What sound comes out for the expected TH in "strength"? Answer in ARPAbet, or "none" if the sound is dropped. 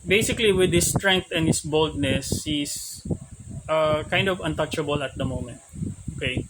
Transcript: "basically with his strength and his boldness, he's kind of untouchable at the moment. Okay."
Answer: T